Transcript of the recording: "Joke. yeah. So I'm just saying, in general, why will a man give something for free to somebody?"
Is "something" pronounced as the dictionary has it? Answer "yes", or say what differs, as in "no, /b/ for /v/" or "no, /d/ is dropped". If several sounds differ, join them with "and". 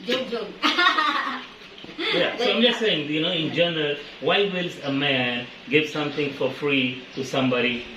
no, /t/ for /θ/